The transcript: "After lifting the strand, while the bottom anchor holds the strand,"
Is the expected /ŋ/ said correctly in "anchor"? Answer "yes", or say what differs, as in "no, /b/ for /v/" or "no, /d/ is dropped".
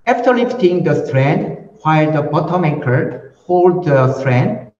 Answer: no, /ŋ/ is dropped